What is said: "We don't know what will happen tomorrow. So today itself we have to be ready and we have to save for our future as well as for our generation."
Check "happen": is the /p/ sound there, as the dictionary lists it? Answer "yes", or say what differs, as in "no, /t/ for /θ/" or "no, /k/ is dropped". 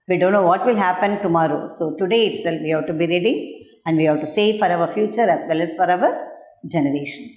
yes